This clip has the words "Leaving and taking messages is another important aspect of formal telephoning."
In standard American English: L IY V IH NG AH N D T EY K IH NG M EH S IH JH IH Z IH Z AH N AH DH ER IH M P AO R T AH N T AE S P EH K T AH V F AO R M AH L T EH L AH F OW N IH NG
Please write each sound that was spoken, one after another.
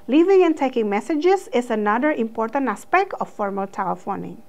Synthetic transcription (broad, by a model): L IY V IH NG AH N T EY K IH NG M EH S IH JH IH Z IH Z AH N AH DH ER IH M P AO R T AH N T AE S P EH K T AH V F AO R M AH L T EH L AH F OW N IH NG